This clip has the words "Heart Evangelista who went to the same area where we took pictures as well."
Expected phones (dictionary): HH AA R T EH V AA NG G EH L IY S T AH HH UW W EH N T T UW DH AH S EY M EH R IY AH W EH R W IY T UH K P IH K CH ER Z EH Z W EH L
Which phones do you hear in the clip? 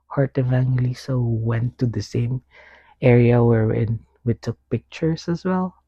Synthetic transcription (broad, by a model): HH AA R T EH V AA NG L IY S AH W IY W EH N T T UW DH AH S EY M EH R IY AH W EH R W IY T UH K P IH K CH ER S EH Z W EH L